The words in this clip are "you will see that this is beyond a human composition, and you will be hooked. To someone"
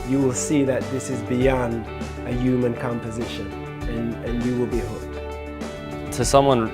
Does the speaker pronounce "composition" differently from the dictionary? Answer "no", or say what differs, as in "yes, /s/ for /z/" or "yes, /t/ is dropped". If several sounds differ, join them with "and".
no